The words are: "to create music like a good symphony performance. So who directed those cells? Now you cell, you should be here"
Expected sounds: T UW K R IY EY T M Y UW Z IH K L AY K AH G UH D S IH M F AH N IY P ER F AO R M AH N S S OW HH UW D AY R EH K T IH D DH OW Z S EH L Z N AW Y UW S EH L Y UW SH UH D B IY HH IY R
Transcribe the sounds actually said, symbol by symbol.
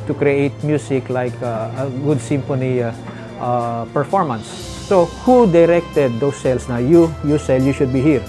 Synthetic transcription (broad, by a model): T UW K R IY EY T M Y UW S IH K L AY K AH G UH D S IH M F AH N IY P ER F AO R M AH N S S OW HH UW D AY R EH K T IH D OW S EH L S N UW Y UW S EH L Y UW SH UH D B IY HH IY R